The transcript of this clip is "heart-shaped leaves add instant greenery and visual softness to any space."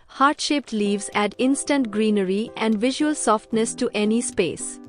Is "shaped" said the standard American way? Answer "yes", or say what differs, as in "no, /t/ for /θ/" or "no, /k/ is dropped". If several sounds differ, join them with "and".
yes